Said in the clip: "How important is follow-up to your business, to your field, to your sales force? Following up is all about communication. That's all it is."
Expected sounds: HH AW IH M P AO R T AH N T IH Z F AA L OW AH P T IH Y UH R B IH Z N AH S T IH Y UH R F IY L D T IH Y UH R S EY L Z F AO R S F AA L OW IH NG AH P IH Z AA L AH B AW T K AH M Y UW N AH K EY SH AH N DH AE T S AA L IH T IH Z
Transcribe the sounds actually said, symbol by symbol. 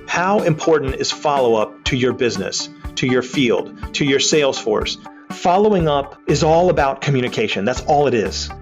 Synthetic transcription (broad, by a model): HH AW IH M P AO R T N T IH Z F AA L OW AH P T IH Y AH R B IH Z N AH S T IH Y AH R F IY L D T IH Y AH R S EY L Z F AO R S F AA L OW IH NG AH P IH Z AA L AH B AW T K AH M Y UW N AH K EY SH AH N DH AE T S AA L IH T IH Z